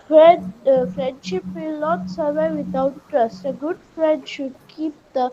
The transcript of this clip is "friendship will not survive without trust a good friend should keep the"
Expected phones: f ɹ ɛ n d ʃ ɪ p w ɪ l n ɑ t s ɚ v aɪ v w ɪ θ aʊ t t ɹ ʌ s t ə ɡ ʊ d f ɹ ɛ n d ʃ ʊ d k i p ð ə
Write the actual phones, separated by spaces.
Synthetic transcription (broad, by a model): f ɹ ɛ n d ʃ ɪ p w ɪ l n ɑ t s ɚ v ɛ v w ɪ t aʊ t t ɹ ʌ s t ə ɡ ʊ d f ɹ ɛ n d ʃ ʊ d k i p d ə